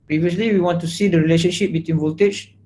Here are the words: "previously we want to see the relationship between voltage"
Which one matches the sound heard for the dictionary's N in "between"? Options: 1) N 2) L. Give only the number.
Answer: 1